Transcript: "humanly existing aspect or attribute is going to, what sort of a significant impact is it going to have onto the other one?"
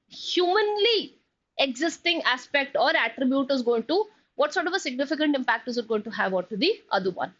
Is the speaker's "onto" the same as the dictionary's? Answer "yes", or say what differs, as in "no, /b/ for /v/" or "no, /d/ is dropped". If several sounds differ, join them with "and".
no, /n/ is dropped